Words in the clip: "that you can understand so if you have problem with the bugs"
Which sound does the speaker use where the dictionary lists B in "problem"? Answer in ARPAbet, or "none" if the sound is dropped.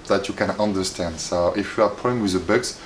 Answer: none